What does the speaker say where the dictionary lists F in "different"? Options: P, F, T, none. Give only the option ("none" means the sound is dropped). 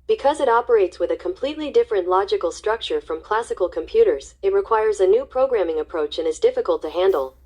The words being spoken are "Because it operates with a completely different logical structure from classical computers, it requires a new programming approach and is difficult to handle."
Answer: F